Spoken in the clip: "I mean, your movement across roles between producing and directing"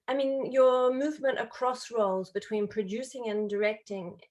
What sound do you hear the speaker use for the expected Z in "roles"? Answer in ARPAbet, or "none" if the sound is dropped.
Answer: Z